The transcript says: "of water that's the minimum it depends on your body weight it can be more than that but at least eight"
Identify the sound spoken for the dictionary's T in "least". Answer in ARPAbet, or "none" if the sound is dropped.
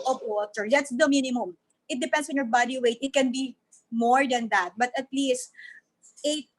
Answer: T